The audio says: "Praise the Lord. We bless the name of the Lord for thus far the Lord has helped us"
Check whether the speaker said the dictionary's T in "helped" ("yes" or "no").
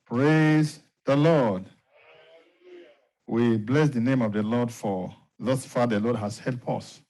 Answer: no